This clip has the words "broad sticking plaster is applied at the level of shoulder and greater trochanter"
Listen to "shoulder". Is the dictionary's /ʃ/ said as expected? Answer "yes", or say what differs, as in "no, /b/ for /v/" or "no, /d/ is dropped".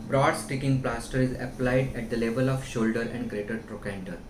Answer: yes